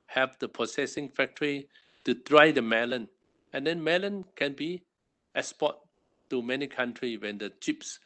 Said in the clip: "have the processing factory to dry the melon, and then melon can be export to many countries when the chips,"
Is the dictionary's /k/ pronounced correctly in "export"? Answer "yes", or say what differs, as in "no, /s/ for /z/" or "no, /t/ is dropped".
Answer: no, /k/ is dropped